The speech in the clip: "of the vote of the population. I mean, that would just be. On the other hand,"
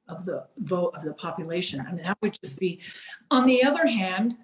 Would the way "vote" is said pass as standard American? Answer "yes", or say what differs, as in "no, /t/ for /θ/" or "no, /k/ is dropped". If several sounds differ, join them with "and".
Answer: yes